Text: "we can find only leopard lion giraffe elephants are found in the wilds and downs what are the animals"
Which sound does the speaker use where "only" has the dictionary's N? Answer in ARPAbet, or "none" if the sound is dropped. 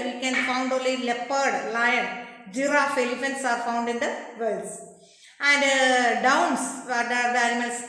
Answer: none